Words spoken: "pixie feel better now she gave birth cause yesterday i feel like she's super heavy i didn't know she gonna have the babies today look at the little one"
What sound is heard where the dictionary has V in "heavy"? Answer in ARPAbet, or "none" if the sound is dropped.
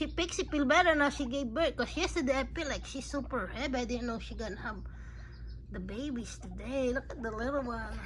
B